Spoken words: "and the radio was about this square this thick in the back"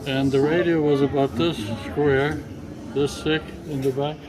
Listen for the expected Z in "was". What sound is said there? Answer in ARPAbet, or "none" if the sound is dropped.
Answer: Z